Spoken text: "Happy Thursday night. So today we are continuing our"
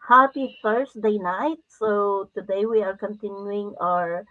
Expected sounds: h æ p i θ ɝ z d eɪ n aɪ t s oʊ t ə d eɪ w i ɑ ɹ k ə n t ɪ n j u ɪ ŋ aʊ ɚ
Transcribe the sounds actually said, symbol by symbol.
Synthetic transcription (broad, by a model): h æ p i f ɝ s d eɪ n aɪ t s oʊ t ə d eɪ w i ɑ ɹ k ə n t ɪ n j u ɪ ŋ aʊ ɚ